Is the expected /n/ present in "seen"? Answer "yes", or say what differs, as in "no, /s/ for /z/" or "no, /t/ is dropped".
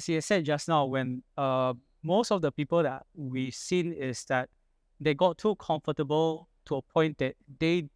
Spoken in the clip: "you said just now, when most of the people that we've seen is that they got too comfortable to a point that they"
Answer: yes